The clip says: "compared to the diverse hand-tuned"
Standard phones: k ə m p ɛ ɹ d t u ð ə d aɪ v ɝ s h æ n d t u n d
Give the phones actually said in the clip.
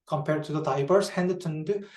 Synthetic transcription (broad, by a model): k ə m p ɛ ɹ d t u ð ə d aɪ b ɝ s h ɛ n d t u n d